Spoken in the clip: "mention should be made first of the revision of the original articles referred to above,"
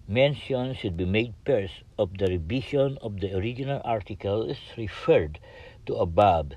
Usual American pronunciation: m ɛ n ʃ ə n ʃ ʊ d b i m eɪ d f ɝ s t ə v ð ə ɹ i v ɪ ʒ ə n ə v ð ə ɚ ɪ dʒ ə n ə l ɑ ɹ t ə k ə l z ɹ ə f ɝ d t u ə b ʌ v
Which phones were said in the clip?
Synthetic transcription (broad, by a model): m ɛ n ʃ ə n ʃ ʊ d b i m eɪ d p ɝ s ə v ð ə ɹ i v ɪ ʃ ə n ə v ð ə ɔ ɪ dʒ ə n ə l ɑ ɹ t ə k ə l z ɹ ə f ɝ d t u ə b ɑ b